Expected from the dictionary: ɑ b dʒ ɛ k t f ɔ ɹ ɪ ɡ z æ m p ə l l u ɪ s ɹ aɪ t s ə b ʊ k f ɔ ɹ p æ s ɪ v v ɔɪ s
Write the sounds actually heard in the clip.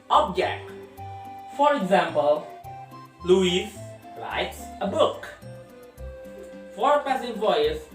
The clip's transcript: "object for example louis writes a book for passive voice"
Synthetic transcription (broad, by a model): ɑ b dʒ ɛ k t f ɔ ɹ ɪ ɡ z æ m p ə l l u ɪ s l aɪ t s ə b ʊ k f ɔ ɹ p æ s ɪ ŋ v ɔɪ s